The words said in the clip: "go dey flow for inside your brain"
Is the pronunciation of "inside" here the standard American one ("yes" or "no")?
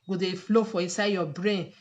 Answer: no